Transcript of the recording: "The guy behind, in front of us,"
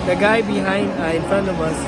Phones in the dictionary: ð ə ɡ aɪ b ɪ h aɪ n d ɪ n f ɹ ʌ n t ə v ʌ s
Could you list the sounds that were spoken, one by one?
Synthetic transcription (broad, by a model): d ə ɡ aɪ b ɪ h aɪ n d ɪ n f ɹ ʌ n ə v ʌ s